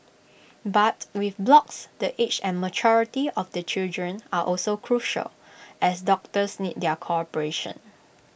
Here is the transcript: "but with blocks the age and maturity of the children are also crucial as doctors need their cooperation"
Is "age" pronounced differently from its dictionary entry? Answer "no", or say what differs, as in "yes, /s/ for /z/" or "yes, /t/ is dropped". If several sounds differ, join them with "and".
yes, /tʃ/ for /dʒ/